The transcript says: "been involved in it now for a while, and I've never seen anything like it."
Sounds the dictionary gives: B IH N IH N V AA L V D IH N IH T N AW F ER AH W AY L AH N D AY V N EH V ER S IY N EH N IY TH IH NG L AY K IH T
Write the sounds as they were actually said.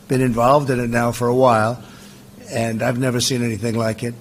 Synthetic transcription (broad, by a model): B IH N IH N V AA L V D IH N IH T N AW F ER AH W AY L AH N AY V N EH V ER S IY N EH N IY TH IH NG L AY K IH T